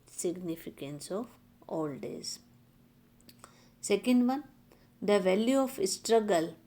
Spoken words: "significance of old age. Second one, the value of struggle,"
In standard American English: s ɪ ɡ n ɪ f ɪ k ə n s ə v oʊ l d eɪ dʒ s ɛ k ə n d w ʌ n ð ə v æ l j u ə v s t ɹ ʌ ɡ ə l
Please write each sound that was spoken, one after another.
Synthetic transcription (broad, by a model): s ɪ ɡ n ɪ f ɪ k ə n s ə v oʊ l d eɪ z s ɛ k ə n d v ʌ n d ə v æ l j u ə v s t ɹ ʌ ɡ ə l